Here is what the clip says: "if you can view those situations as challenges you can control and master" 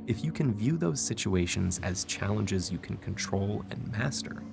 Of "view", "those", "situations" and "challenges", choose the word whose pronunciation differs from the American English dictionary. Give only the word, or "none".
none